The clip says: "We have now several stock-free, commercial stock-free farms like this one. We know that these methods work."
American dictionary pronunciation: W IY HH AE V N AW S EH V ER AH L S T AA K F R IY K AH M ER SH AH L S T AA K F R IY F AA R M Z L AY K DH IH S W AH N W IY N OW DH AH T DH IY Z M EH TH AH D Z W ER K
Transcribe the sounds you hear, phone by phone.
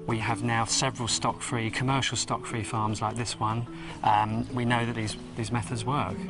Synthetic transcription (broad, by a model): W IY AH V N AW S EH V ER AH L S T AA K F R IY K AH M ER SH AH L S T AA K F R IY F AA M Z L AY K DH IH S W AH N W IY N OW DH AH T DH IY Z M EH TH AH D Z W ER K